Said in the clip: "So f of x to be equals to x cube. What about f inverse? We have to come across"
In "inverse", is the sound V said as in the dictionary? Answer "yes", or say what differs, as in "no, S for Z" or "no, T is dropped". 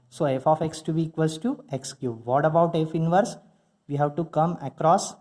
yes